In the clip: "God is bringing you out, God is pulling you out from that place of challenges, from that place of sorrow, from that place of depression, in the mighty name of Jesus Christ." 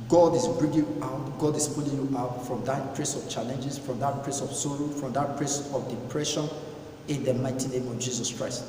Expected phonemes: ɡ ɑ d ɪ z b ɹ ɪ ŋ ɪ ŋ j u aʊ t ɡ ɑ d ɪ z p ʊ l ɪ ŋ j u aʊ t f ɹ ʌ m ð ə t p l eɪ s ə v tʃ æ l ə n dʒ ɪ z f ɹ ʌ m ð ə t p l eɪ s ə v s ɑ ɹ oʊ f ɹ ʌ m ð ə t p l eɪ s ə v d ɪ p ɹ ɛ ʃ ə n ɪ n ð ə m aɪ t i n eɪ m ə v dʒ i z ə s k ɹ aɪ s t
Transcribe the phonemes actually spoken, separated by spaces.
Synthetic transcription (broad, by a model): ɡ ɑ d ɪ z b ɹ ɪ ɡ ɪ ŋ aʊ t ɡ ɑ d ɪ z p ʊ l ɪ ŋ j u aʊ t f ɹ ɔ m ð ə t p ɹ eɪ s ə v tʃ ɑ l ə n dʒ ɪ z f ɹ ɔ m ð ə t p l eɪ s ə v s ɑ ɹ oʊ f ɹ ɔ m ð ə t p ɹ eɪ s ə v d ɪ p ɹ ɛ ʃ ə n ɪ n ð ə m aɪ t i n eɪ m ə v dʒ i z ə s k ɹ aɪ s t